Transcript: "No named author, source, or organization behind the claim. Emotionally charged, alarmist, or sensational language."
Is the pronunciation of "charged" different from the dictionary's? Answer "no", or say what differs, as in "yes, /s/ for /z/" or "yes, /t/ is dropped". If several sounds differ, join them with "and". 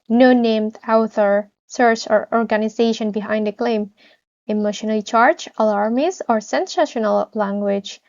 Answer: yes, /d/ is dropped